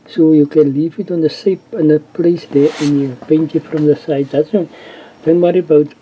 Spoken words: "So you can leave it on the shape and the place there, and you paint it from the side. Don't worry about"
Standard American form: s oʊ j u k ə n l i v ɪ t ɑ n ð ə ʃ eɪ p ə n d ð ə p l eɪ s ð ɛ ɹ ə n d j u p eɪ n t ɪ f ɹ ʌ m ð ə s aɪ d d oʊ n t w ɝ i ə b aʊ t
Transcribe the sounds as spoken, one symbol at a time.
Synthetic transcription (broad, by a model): s oʊ j u k ə n l i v ɪ t ɑ n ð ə s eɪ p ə n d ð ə p l eɪ s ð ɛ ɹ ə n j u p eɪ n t ɪ f ɹ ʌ m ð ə s aɪ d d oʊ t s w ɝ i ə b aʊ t